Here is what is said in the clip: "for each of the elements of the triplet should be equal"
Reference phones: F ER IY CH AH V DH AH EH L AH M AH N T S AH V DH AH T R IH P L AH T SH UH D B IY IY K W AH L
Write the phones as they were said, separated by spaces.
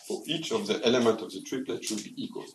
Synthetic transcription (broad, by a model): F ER IY CH AH V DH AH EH L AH M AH N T AH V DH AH T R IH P L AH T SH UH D B IY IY K W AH L